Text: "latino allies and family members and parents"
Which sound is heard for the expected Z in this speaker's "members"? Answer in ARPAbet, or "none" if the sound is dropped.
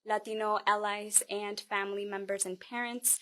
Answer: Z